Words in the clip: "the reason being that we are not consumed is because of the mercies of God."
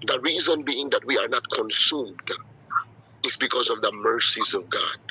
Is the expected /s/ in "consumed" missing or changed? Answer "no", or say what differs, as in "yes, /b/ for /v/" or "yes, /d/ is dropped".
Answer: no